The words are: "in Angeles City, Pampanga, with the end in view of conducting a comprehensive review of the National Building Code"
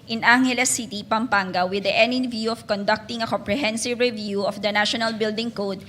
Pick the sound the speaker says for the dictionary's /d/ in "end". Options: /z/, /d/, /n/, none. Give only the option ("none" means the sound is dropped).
none